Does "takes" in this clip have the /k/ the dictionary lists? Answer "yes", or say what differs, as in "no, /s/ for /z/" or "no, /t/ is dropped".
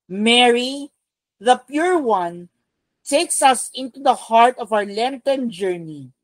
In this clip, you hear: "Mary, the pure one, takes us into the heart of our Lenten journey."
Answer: yes